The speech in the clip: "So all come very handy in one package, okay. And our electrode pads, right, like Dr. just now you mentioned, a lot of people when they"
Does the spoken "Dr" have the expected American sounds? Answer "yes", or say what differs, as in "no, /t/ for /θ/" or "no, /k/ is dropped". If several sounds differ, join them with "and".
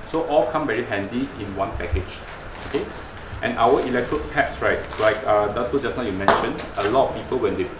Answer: no, /k/ is dropped